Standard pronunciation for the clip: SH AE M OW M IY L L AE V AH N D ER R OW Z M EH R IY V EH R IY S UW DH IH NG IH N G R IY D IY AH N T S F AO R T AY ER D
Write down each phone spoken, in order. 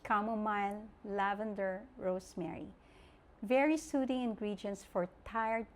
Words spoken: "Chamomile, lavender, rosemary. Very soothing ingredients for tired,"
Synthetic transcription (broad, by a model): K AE M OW M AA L L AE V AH N D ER R OW S M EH R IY V EH R IY S UW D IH NG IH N G R IY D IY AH N T S F AO R T AY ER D